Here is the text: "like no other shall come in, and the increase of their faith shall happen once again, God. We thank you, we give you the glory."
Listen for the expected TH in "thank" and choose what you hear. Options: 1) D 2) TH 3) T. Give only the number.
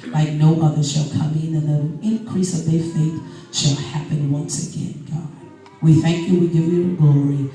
2